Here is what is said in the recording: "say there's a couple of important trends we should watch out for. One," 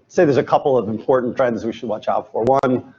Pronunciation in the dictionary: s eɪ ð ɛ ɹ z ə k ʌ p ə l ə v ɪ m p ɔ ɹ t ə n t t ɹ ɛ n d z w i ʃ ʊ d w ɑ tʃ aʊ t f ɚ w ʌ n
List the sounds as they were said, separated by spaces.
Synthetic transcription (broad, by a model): s eɪ ð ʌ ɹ z ə k ʌ p l ə v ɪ m p ɔ ɹ t n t t ɹ ɛ n d z w i ʃ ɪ d w ɑ tʃ aʊ t f ɚ w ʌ n